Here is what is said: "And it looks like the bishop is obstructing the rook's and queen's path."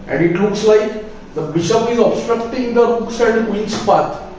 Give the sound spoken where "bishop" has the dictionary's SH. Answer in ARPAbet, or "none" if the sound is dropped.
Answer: SH